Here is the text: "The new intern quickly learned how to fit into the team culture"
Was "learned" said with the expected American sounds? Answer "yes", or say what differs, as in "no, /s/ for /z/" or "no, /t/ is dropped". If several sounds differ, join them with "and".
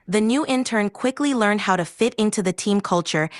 yes